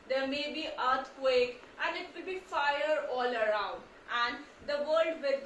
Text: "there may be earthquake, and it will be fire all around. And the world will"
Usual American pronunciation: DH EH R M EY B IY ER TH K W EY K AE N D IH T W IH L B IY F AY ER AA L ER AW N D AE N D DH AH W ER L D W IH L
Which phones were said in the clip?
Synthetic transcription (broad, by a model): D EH R M EY B IY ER T K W EY K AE N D IH T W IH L B IY F AY ER AA L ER AW N D AE N D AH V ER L D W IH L